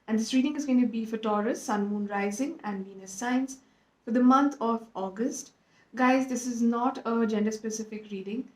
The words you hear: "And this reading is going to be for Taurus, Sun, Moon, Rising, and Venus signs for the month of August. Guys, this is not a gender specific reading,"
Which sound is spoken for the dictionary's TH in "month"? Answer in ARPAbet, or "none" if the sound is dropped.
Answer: T